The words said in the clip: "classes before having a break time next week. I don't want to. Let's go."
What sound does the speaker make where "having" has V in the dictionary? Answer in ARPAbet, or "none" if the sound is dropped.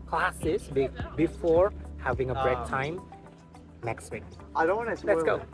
V